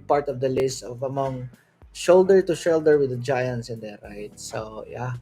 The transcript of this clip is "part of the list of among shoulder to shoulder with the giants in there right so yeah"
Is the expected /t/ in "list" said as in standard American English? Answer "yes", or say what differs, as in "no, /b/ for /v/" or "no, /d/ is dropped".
no, /t/ is dropped